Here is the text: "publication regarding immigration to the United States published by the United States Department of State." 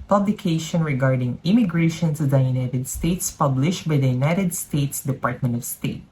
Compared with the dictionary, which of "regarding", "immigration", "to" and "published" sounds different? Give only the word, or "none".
to